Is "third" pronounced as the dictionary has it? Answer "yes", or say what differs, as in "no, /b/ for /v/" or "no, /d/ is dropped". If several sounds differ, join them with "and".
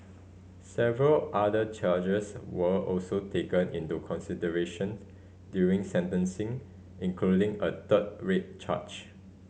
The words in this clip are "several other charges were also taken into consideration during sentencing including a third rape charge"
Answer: no, /t/ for /θ/